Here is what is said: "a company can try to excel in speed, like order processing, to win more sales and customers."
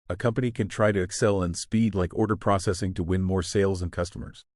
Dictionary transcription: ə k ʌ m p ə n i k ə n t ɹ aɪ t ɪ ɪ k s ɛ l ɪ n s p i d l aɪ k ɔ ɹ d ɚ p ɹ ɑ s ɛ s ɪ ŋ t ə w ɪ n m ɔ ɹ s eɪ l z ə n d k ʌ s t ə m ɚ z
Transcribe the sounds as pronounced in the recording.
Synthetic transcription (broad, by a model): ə k ʌ m p ə n i k ə n t ɹ aɪ t ɪ ɪ k s ɛ l ɪ n s p i d l aɪ k ɔ ɹ d ɚ p ɹ ɑ s ɛ s ɪ ŋ t ə w ɪ n m ɔ ɹ s eɪ l z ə n k ʌ s t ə m ɚ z